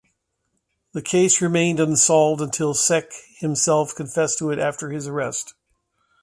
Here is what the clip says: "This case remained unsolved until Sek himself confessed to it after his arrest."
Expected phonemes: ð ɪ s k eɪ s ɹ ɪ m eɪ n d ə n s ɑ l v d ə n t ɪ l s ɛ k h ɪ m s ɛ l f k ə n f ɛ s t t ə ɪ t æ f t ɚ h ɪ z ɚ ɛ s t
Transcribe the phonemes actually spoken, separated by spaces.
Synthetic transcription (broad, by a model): ð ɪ k eɪ s ɹ ɪ m eɪ n d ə n s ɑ l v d ə n t ɪ l s ɛ k h ɪ m s ɛ l f k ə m f ɛ s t t ə ɪ t æ f t ɚ ɪ z ɚ ɛ s t